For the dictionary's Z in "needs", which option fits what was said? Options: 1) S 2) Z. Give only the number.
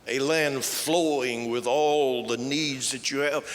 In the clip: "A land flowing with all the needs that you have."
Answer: 2